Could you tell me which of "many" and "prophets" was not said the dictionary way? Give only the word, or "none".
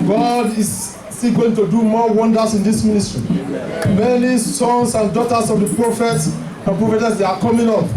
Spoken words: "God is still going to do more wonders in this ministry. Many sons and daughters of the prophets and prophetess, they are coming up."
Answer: none